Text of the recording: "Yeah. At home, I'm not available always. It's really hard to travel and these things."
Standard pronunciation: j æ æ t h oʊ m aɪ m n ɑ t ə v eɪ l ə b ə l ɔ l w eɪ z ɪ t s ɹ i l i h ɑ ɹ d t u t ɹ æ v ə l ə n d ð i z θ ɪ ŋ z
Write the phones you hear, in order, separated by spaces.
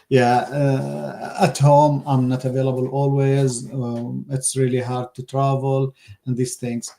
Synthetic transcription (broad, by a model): j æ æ t h oʊ m aɪ m n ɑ t ə v eɪ l ə b ə l ɔ l w eɪ z ɪ t s ɹ i l i h ɑ ɹ d t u t ɹ æ v ə l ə n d ð i z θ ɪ ŋ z